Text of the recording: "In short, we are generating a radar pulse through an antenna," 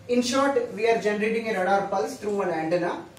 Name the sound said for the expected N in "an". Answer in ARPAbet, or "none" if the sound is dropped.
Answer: L